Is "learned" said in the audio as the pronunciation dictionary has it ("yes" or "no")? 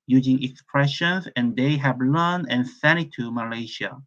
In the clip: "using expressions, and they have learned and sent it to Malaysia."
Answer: no